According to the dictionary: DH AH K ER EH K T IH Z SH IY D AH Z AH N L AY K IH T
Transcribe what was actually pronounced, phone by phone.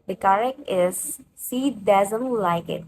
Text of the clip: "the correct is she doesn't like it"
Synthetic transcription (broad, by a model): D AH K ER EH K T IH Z S IY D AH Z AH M L AY K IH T